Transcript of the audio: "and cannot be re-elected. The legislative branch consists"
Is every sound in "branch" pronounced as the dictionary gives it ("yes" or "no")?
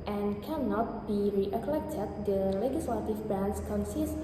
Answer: no